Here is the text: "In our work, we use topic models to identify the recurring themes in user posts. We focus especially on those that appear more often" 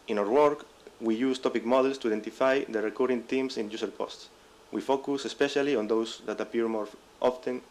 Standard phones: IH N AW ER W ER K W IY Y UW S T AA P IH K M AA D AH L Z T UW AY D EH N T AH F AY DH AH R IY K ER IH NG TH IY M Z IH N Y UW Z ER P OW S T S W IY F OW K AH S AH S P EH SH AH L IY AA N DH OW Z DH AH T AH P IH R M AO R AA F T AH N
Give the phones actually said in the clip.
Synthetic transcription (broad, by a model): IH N AW ER W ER K W IY Y UW S T AA P IH K M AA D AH L S T UW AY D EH N T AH F AY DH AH R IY K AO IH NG T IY M S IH N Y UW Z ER P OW S T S W IY F OW K AH S AH S P EH SH AH L IY AA N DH OW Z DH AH T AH P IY R M AO R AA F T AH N